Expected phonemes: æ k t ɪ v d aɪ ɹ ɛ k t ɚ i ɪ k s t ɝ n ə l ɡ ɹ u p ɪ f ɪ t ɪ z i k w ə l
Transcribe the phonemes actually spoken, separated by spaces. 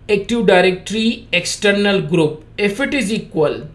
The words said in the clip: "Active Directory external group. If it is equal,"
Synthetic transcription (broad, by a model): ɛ k t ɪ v d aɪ ɹ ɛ k t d i ɪ k s t ɝ n ə l ɡ ɹ u p ɪ f ɪ t ɪ z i k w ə l